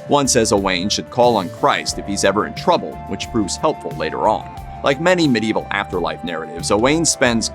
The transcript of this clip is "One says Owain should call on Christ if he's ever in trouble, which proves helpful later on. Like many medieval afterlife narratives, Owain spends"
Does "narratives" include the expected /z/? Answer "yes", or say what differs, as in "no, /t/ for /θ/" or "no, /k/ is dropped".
yes